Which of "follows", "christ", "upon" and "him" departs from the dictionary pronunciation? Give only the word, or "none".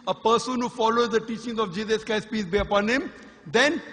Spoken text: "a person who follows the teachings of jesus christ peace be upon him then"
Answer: christ